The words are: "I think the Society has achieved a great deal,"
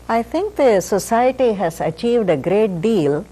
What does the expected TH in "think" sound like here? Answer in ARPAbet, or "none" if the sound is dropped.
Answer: T